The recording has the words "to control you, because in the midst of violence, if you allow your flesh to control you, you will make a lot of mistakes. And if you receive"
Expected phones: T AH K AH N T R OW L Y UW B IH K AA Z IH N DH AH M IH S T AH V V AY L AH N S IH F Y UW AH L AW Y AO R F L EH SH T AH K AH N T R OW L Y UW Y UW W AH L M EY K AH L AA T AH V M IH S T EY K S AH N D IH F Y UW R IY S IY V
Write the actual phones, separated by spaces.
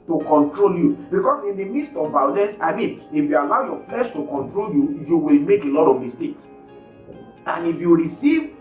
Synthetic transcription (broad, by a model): T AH K AH N T R OW L Y UW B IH K AA S IH N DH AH M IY S T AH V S AY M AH N IH F Y UW AH L AW Y AO F L EH SH T AH K AH N T R OW L Y UW Y UW W AH L M EY K AH L AA T AH V M IH S T EY K S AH N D IH F Y UW R IY S IY V